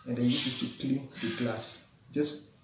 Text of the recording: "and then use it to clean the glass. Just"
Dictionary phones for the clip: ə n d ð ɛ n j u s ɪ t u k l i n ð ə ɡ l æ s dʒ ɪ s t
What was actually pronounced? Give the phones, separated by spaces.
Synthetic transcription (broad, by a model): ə n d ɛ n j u ɪ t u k l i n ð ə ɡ l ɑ s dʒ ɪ s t